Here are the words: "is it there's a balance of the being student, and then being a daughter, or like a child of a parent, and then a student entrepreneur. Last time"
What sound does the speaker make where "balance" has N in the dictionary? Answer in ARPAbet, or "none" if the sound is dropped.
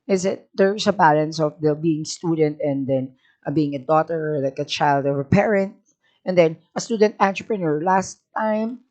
N